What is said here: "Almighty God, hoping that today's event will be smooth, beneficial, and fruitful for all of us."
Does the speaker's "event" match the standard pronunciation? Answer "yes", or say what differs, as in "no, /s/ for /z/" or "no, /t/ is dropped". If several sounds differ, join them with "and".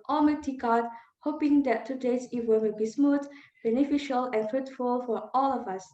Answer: no, /w/ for /v/